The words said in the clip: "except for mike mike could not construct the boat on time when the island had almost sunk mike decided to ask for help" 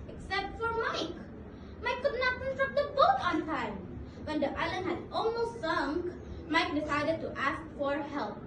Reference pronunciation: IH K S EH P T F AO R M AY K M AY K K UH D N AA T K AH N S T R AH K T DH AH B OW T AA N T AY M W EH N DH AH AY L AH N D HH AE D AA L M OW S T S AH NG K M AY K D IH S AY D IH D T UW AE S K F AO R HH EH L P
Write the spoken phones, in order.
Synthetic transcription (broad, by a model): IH K S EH P T F AO R M AY K M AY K K UH D N AA T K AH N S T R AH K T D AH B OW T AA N T AY M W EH N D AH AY L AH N HH AE D AA L M OW S T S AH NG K M AY K D IH S AY D IH D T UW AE S K F AO R HH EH L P